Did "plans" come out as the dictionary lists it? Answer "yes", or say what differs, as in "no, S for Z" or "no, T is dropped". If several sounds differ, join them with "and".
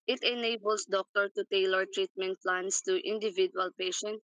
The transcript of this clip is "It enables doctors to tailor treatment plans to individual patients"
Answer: no, S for Z